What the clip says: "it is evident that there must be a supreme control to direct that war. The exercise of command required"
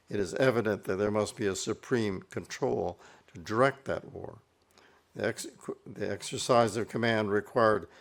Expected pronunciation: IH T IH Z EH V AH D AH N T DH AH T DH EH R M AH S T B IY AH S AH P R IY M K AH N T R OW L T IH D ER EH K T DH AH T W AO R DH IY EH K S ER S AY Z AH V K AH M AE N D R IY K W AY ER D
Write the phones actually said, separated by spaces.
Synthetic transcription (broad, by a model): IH T IH Z EH V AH D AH N DH AH T DH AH R M AH S T B IY AH S AH P R IY M K AH N T R OW L T IH D ER EH K T DH AH T W AO R DH IY EH K S ER S AY Z AH V K AH M AE N D R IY K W AY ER D